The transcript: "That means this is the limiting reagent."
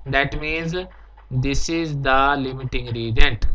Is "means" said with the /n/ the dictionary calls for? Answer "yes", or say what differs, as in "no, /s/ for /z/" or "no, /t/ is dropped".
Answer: yes